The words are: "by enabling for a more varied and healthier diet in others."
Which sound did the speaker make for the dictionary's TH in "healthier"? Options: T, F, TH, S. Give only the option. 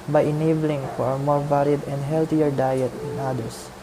T